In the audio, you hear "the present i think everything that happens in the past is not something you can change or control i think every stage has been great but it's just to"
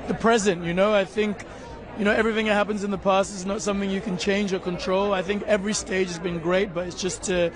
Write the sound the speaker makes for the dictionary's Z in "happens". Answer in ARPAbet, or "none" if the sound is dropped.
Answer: Z